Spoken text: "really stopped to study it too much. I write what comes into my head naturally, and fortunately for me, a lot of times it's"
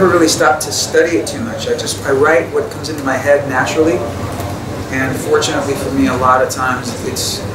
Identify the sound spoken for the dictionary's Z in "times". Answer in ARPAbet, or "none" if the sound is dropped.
Z